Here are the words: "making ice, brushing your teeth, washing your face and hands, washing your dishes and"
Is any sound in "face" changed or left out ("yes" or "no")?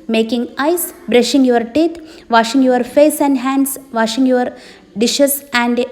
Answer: no